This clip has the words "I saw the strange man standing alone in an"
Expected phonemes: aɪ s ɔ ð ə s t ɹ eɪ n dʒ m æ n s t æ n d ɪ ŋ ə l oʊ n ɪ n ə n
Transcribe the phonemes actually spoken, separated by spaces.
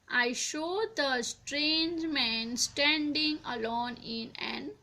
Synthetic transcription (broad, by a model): aɪ ʃ ɔ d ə s t ɹ eɪ n dʒ m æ n s t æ n d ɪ ŋ ə l oʊ n ɪ n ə n